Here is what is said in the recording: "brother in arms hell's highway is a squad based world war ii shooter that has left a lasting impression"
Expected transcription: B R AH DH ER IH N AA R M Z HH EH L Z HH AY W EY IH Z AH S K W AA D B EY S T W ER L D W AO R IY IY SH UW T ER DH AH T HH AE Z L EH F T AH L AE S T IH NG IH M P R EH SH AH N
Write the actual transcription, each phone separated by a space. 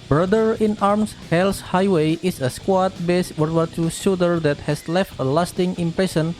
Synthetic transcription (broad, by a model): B R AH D ER IH N AA R M S HH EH L S HH AY W EY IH S AH S K W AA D B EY S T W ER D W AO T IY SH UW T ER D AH T HH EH S L EH F T AH L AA S T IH NG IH M P R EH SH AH N